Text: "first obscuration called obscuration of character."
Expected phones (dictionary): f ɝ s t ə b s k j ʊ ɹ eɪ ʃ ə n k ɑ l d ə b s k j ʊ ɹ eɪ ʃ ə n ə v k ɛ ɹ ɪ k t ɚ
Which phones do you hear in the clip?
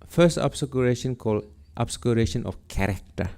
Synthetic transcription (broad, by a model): f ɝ s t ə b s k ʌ ɹ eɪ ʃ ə n k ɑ l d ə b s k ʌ ɹ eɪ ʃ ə n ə f k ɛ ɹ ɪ k t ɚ